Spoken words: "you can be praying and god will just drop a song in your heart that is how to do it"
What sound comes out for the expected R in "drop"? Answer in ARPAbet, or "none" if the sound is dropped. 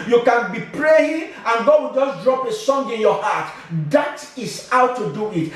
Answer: R